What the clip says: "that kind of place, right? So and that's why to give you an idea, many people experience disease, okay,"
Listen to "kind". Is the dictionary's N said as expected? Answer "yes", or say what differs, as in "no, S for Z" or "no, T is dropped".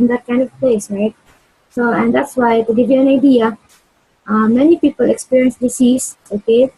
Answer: yes